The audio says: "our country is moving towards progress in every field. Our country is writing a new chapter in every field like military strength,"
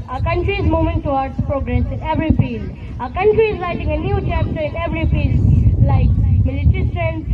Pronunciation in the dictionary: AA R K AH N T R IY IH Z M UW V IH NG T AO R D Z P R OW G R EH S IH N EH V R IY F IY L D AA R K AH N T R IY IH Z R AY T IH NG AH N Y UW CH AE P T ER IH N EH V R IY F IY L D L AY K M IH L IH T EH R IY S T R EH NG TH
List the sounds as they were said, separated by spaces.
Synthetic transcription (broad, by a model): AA K AH N T R IY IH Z M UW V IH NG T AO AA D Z P R OW G R EH S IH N EH V R IY F IY L D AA K AH N T R IY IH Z L AY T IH NG AH N Y UW CH AE P T ER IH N EH V R IY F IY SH L AY K M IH L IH T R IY S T R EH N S